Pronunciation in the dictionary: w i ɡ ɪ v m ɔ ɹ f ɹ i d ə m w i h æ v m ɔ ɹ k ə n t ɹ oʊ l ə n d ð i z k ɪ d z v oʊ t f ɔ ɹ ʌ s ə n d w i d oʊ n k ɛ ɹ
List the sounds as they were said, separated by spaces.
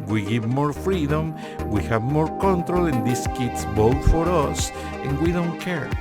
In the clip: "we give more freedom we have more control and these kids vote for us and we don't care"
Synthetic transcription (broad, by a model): w i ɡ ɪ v m ɔ ɹ f ɹ i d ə m w i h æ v m ɔ ɹ k ə n t ɹ oʊ l ə n d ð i s k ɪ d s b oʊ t f ɔ ɹ ʌ s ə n w i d oʊ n k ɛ ɹ